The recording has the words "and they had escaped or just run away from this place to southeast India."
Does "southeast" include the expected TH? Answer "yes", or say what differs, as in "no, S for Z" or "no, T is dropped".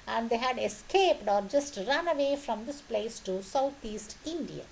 no, T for TH